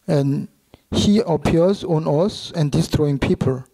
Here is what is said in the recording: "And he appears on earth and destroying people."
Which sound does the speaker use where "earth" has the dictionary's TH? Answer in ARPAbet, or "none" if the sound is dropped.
S